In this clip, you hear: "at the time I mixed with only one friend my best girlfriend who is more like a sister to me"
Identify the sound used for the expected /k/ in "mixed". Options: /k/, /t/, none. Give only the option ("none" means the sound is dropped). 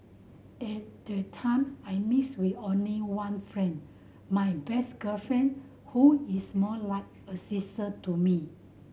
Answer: none